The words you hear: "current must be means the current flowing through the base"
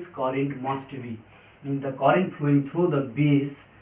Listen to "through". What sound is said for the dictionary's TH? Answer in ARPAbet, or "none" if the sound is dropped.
T